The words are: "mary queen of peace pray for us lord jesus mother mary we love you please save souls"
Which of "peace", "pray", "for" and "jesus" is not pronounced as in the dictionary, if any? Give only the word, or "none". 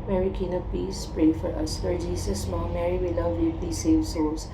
jesus